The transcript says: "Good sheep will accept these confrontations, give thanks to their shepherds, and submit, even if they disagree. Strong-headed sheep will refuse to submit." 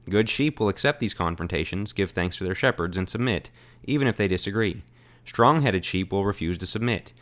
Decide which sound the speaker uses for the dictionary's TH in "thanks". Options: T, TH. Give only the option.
TH